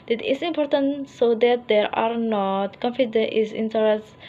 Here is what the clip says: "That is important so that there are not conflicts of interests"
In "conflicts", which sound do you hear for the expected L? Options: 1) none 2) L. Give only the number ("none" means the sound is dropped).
1